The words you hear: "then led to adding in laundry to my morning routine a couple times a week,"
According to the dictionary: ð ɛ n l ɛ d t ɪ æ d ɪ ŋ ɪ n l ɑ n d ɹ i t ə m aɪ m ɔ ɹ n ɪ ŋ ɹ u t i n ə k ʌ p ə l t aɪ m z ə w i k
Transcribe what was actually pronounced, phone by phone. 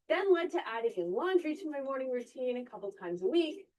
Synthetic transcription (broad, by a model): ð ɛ n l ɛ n t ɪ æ d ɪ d ɪ n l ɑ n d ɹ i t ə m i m ɔ ɹ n ɪ ŋ ɹ u t i n ə k ʌ p l t aɪ m z ə w i k